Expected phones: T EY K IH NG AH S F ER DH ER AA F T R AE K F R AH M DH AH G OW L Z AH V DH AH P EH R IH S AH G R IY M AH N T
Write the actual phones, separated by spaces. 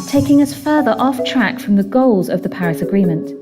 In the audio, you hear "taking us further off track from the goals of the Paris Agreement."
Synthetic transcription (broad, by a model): T EY K IH NG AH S F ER DH ER AA F T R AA K F R AH M DH AH G OW L Z AH V DH AH P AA R IH S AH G R IY M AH N T